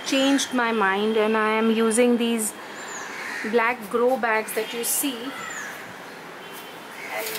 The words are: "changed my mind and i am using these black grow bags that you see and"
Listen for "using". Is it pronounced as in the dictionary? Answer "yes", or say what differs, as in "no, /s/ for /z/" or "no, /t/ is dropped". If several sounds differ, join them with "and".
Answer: yes